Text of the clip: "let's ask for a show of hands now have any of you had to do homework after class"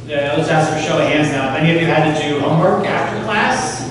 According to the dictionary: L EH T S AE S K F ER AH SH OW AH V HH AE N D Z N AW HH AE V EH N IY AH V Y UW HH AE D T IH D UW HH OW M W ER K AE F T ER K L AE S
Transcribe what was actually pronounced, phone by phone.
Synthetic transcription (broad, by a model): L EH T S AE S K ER AH SH OW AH HH AE N D Z N AW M EH N IY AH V Y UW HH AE D T IH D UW HH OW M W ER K AE F T ER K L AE S